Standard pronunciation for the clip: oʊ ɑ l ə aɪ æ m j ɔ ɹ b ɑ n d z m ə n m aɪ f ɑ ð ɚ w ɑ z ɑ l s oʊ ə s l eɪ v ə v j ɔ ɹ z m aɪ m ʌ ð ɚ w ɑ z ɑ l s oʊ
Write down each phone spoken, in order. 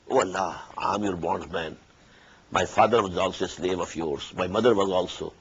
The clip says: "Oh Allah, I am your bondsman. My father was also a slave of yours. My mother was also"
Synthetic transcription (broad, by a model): oʊ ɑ l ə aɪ m j ɔ ɹ b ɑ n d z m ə n m aɪ f ɑ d ɚ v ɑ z ɑ l s oʊ s l eɪ v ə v j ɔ ɹ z m aɪ m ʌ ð ɚ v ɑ z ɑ l s oʊ